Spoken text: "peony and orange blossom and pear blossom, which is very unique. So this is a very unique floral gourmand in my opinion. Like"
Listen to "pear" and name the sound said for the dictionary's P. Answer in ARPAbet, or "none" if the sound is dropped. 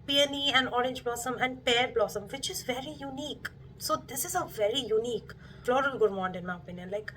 P